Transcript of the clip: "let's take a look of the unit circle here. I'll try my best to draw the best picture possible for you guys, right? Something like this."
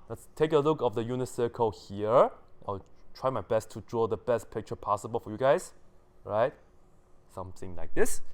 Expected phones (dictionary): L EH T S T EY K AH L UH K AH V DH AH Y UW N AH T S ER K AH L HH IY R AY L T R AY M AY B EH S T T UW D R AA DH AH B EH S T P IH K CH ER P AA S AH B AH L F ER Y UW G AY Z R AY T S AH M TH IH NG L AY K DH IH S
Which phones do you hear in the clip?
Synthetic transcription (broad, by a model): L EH T S T EY K AH L UH K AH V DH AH Y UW N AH S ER K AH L HH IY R AY L T R AY M AY B EH S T T UW D R AA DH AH B EH S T P IH K CH ER P AA S AH B AH L F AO Y UW G AY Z R AY T S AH M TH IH NG L AY K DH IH S